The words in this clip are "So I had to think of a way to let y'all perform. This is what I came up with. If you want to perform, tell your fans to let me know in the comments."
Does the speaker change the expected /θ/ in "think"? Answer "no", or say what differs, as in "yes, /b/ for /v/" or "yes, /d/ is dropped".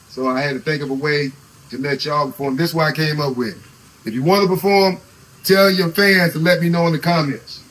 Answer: no